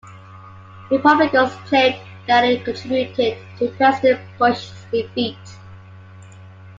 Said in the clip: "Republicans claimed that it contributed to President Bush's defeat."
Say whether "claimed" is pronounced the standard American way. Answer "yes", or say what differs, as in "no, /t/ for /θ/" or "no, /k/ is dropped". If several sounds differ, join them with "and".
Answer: no, /m/ is dropped